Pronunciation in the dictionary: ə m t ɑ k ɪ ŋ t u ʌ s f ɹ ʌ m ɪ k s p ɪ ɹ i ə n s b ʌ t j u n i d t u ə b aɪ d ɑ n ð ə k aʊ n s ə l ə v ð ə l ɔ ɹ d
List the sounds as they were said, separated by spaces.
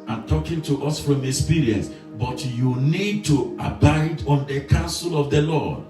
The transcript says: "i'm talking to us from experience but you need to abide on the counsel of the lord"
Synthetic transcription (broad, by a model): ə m t ɑ k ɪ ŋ t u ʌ s f ɹ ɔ m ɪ k s p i ɹ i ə n s b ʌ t j u n i d t u ə b aɪ d ɑ n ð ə k aʊ n s ə l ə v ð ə l ɔ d